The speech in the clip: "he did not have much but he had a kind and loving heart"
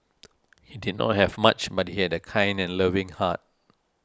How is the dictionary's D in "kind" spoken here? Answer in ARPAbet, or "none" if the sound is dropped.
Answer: D